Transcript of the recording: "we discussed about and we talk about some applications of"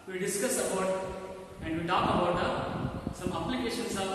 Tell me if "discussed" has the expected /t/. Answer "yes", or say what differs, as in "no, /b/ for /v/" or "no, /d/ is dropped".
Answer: no, /t/ is dropped